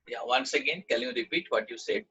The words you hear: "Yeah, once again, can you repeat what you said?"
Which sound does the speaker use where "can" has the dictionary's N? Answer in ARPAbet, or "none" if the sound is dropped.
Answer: L